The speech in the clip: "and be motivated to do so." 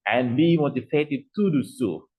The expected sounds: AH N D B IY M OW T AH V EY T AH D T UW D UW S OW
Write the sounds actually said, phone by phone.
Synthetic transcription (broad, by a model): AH N B IY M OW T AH P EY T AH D T UW D UW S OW